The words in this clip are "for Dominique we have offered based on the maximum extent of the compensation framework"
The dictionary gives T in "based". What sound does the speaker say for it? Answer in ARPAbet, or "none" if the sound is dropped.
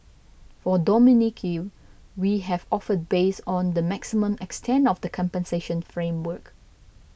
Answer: none